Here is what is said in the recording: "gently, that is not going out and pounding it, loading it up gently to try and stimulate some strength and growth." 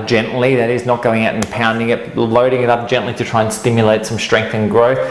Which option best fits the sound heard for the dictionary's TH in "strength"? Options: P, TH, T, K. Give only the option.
TH